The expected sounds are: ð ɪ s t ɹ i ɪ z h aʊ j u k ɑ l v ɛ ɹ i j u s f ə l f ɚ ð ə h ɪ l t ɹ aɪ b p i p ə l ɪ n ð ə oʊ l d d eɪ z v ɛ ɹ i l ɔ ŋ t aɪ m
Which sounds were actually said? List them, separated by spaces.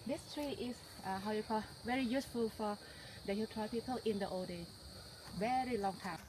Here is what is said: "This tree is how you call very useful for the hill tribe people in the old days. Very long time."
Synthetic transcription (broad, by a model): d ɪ s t ɹ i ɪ s h aʊ j u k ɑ v ɛ ɹ i j u s f ə l f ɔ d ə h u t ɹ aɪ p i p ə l ɪ n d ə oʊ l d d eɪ v ɛ ɹ i l ɔ ŋ t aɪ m